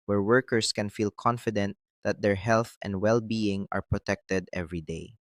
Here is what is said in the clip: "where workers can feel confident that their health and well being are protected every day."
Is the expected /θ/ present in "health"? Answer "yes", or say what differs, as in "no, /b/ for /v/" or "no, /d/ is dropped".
yes